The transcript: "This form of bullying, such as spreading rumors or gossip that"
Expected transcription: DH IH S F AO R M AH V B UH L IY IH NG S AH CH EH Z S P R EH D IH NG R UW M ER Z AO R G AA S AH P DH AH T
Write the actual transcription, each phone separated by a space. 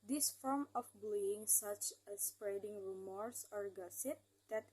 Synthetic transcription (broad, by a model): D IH S F AO R M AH F B L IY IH NG S AH CH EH S P R EH D IH NG R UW M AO S AO R G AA S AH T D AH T